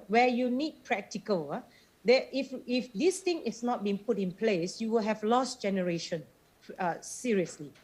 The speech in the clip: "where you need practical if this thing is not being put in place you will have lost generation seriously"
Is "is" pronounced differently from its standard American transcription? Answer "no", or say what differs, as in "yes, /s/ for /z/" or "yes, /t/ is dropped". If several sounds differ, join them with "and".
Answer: yes, /s/ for /z/